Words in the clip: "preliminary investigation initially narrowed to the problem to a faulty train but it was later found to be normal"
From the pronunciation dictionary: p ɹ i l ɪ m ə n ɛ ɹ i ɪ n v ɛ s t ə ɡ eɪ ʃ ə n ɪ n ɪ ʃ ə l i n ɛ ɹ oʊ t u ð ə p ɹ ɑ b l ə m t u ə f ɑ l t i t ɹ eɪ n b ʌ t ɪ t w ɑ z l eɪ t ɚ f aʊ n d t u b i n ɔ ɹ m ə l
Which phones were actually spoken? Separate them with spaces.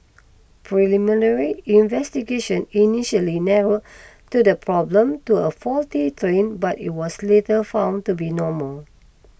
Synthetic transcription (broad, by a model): p ɹ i l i m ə n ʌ ɹ i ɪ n v ɛ s t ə ɡ eɪ ʃ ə n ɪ n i ʃ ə l i n ɛ ɹ oʊ t u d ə p ɹ ɑ b l ə m t u ə f ɑ l t i t ɹ eɪ n b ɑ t ɪ t w ɑ s l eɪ t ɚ f aʊ n t u b i n ɔ m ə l